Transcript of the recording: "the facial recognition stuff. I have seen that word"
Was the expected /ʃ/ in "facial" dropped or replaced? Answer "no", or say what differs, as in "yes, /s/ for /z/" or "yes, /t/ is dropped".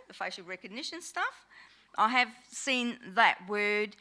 yes, /ʃ/ is dropped